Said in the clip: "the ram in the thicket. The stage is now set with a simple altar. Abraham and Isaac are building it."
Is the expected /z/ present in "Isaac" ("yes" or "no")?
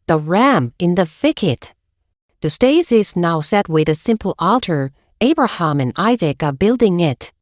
yes